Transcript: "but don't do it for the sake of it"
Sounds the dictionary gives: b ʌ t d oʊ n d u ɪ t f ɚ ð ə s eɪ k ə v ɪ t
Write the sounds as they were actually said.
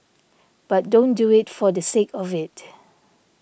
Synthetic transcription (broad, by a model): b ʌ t d oʊ n d u ɪ t f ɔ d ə s eɪ k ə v ɪ t